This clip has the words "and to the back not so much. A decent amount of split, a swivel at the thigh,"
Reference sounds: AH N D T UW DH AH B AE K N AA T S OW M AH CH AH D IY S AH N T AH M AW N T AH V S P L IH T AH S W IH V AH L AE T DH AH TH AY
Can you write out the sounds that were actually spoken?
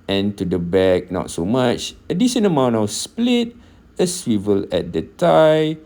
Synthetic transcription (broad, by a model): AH N T UW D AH B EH K N AA T S OW M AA CH AH D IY SH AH N AH M AW N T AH W S P L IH T AH S W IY V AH L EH T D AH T AY